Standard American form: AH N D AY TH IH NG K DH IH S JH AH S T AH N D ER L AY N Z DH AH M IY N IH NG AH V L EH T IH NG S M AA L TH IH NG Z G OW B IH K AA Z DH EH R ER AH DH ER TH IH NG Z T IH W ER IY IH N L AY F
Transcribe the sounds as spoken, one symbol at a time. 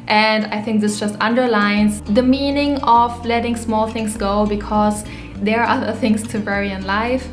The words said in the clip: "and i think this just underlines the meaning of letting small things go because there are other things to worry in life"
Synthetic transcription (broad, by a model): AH N D AY TH IH NG K DH IH S JH AH S T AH N D ER L AY N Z DH AH M IY N IH NG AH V L EH T IH NG S M AA L TH IH NG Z G OW B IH K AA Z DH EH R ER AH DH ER TH IH NG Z T IH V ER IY IH N L AY F